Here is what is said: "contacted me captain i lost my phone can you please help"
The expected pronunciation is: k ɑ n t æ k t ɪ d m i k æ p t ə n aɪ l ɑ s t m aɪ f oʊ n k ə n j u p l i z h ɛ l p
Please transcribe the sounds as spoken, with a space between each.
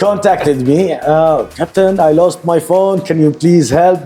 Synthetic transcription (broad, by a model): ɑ n t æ k t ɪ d m i k æ p t ə n aɪ l ɑ s t m aɪ f oʊ n k ə n j u p l i z h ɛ l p